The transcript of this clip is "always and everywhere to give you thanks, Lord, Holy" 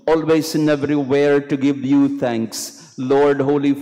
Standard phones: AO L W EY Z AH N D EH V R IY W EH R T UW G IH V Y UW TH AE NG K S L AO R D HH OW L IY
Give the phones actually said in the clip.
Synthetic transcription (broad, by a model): AO L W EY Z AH N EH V R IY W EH R T UW G IH V Y UW T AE NG K S L AO R D HH OW L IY